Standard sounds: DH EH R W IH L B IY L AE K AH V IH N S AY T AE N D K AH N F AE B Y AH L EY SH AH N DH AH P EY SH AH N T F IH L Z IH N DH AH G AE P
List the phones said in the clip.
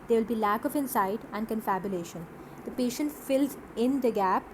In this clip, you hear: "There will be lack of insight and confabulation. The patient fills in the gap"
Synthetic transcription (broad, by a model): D EH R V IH L B IY L AE K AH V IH N S AY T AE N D K AH N F AE B Y AH L EY SH AH N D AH P EY SH AH N T F IH L Z IH N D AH G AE P